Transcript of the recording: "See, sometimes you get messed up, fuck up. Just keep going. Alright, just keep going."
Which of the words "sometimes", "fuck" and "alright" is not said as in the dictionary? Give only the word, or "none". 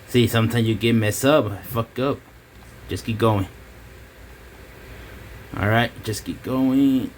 sometimes